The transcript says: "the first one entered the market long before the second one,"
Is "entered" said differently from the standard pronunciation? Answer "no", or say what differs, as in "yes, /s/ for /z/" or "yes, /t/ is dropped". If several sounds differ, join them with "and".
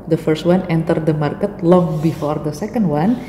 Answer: no